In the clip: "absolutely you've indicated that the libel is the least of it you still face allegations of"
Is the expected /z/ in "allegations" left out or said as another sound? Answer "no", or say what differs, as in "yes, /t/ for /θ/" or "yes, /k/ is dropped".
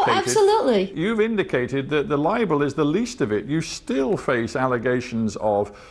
no